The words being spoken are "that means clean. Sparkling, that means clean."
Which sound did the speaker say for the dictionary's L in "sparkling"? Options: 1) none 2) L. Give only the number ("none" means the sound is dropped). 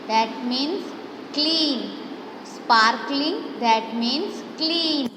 2